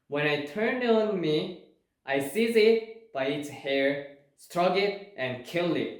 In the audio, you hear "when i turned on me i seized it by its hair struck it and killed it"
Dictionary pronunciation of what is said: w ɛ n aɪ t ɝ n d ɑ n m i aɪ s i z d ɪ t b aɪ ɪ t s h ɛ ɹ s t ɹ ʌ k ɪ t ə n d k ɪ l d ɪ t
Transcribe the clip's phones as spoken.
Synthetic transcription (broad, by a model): w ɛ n aɪ t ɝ n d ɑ n m i aɪ s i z ɪ t b aɪ ɪ t s h ɛ ɹ s t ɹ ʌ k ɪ t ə n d k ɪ l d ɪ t